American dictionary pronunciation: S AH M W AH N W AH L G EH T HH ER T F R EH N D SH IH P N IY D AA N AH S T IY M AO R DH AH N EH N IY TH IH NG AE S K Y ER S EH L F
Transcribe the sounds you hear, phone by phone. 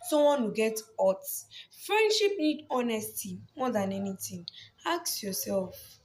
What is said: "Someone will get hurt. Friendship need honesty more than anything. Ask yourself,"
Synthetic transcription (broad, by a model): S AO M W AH N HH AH G EH T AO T F R EH N D SH IH P N IY D AA N AH S T IY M AO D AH N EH N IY T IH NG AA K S Y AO S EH L F